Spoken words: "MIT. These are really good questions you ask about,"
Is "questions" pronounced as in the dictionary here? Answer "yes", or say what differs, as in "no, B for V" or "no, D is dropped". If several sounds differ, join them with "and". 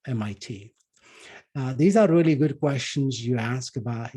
yes